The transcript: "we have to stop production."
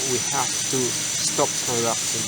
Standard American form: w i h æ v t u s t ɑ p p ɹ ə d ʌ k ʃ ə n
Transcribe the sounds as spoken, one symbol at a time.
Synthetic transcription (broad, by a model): w i h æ f t u s t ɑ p p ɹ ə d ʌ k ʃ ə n